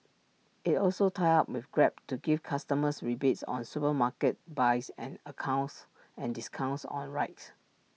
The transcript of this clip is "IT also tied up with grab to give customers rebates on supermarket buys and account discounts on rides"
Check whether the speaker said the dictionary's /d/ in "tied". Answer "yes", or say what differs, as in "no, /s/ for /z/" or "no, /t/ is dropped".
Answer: no, /d/ is dropped